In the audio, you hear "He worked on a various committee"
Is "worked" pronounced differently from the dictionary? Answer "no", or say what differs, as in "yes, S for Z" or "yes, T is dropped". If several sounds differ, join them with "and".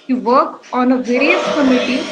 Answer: yes, T is dropped